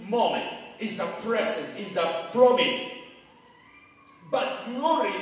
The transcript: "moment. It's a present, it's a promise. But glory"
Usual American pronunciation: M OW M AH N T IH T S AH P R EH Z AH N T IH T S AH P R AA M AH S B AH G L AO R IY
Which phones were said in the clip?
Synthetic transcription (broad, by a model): M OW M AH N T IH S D AH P R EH S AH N IH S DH AH P R AA M AH S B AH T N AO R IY